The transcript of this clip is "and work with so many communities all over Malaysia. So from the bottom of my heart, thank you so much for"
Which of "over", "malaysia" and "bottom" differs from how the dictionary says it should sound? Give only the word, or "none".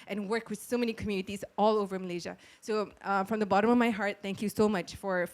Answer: none